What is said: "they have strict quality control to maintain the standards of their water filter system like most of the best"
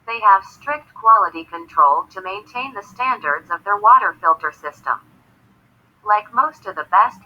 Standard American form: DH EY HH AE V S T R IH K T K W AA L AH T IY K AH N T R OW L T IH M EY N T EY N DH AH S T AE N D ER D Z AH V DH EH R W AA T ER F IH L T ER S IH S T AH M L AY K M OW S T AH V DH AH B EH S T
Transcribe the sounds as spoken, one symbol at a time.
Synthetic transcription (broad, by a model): DH EY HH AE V S T R IH K T K W AA L AH T IY K AH N T R OW L T IH M EY N T EY N DH AH S T AE N D ER D Z AH V DH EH R W AA T ER F IH L T ER S IH S T AH M L AY K M OW S T AH V DH AH B EH S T